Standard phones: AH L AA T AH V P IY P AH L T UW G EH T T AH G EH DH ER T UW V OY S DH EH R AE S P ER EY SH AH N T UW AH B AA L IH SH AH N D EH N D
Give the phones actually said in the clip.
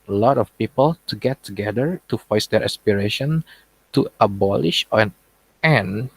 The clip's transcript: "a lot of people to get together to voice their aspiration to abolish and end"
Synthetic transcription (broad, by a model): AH L AA T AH F P IY P AH L T UW G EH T T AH G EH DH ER T UW F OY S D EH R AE S P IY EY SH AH N T UW AH B AA L IH SH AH N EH N